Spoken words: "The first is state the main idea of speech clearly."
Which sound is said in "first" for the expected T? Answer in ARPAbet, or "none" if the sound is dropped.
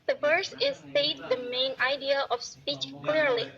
none